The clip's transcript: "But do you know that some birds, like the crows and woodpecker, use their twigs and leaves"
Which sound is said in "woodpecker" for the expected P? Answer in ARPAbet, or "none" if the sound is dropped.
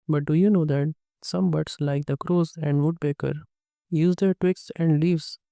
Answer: B